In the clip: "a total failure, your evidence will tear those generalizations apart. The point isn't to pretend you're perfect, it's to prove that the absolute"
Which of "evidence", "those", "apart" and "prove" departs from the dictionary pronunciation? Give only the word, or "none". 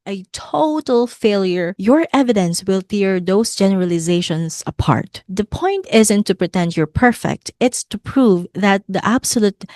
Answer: those